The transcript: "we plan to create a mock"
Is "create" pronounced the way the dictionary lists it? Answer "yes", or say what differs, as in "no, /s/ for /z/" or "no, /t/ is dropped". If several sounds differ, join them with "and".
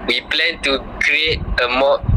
yes